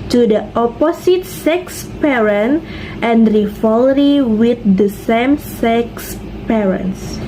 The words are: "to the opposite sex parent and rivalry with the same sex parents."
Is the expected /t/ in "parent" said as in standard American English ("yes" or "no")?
yes